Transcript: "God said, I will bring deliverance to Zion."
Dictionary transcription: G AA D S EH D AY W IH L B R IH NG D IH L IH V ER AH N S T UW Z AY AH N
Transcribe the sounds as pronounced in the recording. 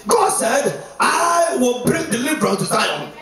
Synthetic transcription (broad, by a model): G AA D S EH D AY W IH L B R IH NG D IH L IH B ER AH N T UW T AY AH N